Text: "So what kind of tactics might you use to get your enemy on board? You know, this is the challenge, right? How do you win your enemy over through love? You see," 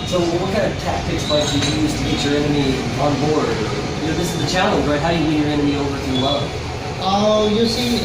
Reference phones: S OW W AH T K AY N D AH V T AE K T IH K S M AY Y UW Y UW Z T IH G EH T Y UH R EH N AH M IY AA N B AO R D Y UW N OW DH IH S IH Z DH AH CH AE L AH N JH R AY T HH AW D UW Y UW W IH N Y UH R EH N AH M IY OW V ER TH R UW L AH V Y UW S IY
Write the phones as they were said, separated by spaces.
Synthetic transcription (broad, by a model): S OW W AH T K AY N D AH V T AE K T IH K S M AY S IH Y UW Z T IH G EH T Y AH R EH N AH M IY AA N B AO R D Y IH N OW DH IH S IH Z DH AH CH AE L AH N JH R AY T HH AW D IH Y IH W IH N Y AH R EH N AH M IY OW V ER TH W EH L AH Y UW S IY